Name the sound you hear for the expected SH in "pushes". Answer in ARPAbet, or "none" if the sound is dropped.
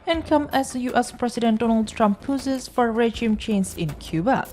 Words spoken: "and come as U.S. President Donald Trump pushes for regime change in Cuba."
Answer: S